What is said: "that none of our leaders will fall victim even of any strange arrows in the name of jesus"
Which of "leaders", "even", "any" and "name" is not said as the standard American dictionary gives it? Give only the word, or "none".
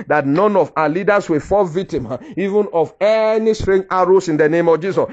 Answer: leaders